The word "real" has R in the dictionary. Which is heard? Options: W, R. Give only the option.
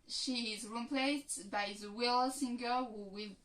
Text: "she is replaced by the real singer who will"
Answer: W